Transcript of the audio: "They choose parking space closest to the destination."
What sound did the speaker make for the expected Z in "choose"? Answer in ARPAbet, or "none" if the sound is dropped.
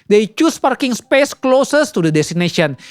S